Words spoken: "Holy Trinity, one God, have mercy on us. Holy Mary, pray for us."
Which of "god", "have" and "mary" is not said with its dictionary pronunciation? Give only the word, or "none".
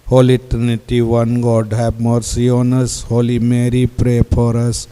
have